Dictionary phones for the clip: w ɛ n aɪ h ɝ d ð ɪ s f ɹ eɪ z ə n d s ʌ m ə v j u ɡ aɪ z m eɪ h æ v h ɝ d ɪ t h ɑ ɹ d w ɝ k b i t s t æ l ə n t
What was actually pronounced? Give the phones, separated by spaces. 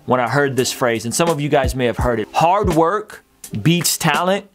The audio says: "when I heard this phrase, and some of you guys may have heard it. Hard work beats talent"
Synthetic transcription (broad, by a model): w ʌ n aɪ h ɝ d ð ɪ s f ɹ eɪ z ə n s ʌ m ə v j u ɡ aɪ z m eɪ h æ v h ɝ d ɪ t h ɑ ɹ d w ɝ k b i t s t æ l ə n t